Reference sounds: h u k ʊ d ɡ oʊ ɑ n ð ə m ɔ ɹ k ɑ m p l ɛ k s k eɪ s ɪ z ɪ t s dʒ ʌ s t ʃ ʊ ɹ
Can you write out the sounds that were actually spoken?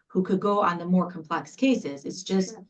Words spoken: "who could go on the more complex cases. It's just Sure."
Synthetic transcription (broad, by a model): h u k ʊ d ɡ oʊ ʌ n ð ə m ɔ ɹ k m p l ɛ k s k eɪ s ɪ z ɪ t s dʒ ʌ s t